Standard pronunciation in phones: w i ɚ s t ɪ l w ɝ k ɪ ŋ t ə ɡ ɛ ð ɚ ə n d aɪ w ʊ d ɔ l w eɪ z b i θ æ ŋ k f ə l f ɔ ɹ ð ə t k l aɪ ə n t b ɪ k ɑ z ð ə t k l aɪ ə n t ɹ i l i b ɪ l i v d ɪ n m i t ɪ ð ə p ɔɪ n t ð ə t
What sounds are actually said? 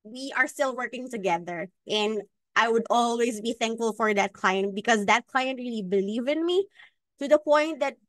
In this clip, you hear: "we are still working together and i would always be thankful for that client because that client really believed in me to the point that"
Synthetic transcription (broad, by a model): w i ɚ s t ɪ l w ɝ k ɪ ŋ t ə ɡ ɛ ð ɚ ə n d aɪ w ʊ d ɔ l w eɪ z b i θ æ ŋ k f ə l f ɔ ɹ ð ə t k l aɪ ə n t b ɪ k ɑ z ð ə t k l aɪ ə n t ɹ i l i b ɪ l i v ɪ n m i t ɪ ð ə p ɔɪ n t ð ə t